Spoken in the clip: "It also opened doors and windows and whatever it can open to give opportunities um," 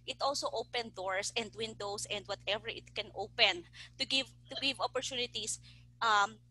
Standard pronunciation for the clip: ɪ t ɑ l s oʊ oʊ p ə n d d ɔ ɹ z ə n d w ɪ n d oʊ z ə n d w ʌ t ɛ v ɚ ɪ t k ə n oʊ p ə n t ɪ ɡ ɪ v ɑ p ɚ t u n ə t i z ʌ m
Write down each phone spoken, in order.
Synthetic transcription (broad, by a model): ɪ t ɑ l s oʊ oʊ p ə n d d ɔ ɹ s ə n d w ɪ n d oʊ s ə n d w ʌ t ɛ v ɚ ɪ t k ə n oʊ p ə n t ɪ ɡ ɪ v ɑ p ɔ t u n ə t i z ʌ m